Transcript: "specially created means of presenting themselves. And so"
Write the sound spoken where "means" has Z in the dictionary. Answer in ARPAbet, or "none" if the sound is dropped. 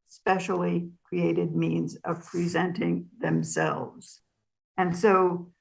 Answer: Z